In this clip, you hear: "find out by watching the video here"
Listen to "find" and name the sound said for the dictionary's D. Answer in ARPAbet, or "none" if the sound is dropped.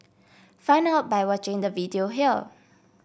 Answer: none